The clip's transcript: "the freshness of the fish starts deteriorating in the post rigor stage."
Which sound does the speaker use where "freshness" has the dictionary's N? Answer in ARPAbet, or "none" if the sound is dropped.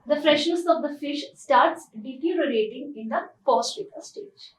none